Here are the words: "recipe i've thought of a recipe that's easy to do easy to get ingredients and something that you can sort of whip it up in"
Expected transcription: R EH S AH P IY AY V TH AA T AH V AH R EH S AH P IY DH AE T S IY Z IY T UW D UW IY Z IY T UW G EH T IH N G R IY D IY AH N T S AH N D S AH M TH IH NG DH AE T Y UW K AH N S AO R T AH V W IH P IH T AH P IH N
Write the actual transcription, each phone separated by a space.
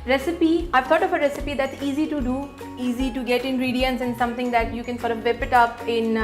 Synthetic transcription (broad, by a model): R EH S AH P IY AY V T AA T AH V AH R EH S AH P IY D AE T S IY Z IY T UW D UW IY Z IY T UW G EH T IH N G R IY D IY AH N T S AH N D S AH M T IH NG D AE T Y UW K AH N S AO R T AH V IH P IH T AH P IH N